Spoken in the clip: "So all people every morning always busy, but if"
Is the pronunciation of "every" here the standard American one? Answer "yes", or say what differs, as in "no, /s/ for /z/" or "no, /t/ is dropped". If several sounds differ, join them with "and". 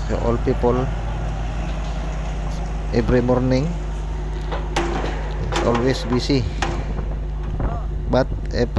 no, /b/ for /v/